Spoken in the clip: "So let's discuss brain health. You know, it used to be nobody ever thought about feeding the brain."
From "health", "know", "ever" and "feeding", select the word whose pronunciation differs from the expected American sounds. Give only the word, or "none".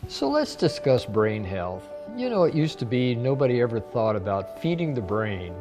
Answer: none